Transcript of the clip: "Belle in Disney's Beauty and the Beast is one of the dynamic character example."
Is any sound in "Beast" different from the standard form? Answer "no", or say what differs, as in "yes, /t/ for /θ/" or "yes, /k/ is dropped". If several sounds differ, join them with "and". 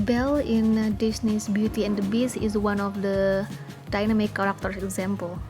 yes, /t/ is dropped